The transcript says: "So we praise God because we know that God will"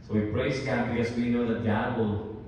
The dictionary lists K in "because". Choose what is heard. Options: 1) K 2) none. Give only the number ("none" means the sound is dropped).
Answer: 2